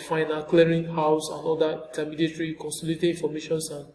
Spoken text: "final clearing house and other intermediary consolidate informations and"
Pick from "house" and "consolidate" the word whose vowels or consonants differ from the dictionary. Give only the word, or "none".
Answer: consolidate